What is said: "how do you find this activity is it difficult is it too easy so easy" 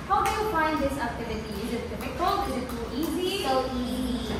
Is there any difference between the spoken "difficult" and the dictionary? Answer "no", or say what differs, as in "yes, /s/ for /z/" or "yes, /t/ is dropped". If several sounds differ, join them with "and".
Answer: yes, /t/ is dropped